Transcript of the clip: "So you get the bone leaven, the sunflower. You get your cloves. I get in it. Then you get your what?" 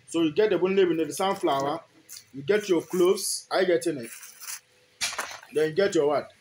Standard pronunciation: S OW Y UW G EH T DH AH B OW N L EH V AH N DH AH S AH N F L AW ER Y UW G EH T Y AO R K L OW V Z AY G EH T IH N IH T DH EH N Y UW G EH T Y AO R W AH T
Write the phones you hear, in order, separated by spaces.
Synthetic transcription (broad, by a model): S OW Y UW G EH T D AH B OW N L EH B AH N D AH S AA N F L AW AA Y UW G EH T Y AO K L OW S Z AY G EH T IH N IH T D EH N Y UW G EH T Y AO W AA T